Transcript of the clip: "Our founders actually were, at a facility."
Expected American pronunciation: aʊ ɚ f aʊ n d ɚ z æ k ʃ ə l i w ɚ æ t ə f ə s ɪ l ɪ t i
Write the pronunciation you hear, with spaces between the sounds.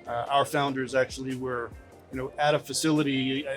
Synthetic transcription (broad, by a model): aʊ ɚ f aʊ n d ɚ z æ k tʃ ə l i w ɚ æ t ə f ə s ɪ l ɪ t i